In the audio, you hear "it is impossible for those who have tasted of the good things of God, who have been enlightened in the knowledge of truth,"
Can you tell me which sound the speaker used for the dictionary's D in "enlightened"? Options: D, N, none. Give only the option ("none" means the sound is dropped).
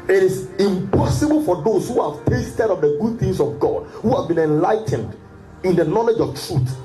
D